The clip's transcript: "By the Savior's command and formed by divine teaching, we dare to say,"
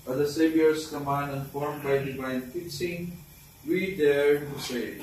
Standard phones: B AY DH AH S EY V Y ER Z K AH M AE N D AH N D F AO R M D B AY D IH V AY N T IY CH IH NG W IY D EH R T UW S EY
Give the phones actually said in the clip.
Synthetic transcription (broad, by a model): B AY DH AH S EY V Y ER S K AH M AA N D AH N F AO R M B AY D IH V AY N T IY S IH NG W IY D EH R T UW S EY